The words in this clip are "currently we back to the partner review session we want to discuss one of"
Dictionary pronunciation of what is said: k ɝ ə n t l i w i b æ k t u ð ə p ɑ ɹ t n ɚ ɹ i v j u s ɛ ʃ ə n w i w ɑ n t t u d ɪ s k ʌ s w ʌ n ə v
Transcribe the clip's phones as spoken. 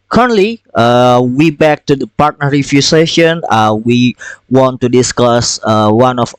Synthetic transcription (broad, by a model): k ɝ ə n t l i w i b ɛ k t u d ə p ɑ ɹ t n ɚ ɹ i f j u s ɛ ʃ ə n w i w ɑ n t t u d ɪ s k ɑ s w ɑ n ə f